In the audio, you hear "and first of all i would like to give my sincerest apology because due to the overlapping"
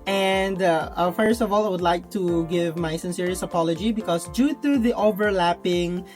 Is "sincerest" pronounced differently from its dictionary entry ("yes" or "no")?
yes